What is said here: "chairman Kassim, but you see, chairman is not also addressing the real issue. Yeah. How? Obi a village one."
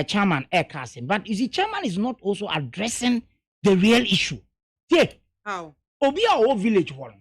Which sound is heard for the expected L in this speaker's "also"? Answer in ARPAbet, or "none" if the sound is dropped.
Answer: L